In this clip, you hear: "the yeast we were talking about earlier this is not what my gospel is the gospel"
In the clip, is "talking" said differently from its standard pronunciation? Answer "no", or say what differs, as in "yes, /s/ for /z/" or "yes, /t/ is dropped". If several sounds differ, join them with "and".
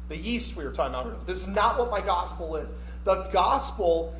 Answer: yes, /k/ is dropped